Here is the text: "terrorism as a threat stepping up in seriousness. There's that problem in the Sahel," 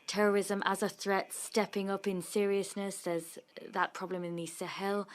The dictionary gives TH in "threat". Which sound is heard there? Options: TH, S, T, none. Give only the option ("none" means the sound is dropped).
TH